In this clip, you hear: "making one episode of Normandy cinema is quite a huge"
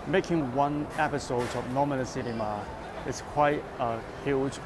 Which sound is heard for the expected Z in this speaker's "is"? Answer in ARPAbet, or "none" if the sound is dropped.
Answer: S